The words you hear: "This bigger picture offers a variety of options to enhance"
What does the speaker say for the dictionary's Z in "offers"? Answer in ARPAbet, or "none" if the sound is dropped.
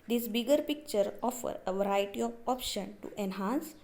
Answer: none